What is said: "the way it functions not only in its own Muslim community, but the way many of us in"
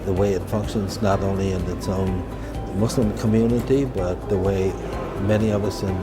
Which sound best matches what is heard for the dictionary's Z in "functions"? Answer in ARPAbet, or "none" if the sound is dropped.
Z